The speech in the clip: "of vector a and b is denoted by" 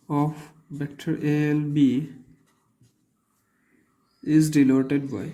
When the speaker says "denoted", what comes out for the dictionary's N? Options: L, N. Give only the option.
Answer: L